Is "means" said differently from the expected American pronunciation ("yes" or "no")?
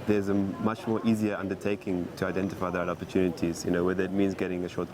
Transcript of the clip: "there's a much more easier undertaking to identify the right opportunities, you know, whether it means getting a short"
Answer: no